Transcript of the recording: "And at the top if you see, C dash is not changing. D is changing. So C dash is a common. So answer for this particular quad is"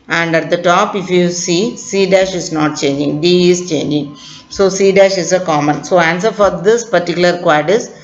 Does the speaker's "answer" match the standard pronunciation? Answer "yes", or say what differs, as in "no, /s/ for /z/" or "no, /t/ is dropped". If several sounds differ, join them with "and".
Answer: yes